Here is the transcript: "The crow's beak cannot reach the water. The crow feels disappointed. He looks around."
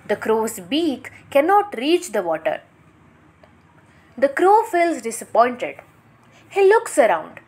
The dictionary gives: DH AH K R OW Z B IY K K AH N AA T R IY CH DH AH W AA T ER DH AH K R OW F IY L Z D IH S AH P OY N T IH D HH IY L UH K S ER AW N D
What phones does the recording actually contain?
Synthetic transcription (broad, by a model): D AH K R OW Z B IY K K AH N AA T R IY CH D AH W AA T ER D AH K R OW F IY L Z D IH S AH P OY N T IH D HH IY L UH K S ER AW N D